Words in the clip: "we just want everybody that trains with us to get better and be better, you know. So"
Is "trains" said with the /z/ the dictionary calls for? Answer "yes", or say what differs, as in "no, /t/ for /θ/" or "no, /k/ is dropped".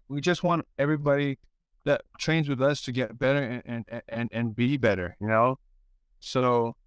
yes